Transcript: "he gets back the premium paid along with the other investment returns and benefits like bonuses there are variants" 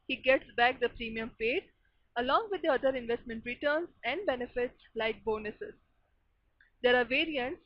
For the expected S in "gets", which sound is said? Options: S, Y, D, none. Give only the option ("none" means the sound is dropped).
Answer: S